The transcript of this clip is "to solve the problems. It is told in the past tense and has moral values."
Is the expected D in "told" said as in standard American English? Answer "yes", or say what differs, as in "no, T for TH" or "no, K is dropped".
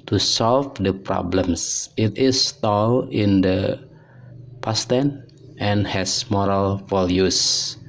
no, D is dropped